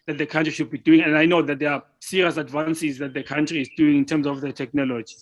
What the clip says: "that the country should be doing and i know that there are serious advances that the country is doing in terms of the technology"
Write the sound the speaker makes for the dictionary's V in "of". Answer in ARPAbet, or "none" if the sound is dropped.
F